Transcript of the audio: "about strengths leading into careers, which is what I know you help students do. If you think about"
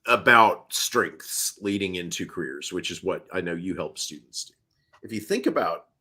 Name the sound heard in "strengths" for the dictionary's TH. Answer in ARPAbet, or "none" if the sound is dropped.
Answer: TH